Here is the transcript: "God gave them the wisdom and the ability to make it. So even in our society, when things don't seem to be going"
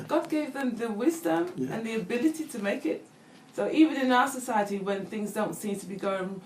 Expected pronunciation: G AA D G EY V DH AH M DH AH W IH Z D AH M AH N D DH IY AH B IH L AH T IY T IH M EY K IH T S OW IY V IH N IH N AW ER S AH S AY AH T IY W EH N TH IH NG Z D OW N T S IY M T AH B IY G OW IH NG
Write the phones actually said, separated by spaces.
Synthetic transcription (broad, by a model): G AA D G EY V DH AH M DH AH W IH Z D AH M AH N DH IY AH B IH L AH T IY T IH M EY K IH T S OW IY V IH N IH N AW ER S AH S AY AH T IY W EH N TH IH NG Z D OW N T S IY M T AH B IY G OW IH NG